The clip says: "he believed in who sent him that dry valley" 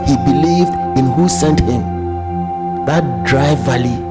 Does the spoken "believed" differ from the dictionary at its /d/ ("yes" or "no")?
no